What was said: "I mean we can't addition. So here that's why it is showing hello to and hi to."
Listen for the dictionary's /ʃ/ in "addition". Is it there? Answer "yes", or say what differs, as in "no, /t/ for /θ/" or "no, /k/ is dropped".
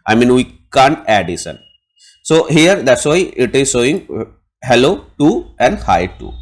no, /s/ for /ʃ/